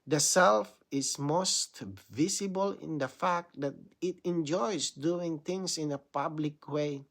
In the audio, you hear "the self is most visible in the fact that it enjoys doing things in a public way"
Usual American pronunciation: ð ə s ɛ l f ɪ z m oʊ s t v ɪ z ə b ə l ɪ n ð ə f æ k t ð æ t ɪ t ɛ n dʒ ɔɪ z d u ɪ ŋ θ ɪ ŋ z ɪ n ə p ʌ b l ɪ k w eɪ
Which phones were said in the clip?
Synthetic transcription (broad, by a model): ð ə s ɛ l f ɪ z m oʊ s t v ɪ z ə b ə l ɪ n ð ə f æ k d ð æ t ɪ t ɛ n dʒ ɔɪ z d u ɪ ŋ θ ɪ ŋ s ɪ n ə p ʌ b l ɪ k w eɪ